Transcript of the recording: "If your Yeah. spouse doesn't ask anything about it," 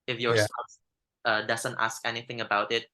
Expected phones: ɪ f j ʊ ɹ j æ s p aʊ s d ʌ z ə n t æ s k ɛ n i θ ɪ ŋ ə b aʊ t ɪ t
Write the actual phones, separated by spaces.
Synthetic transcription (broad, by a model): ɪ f j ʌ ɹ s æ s ʌ d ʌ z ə n t æ s k ɛ n i θ ɪ ŋ ə b aʊ t ɪ t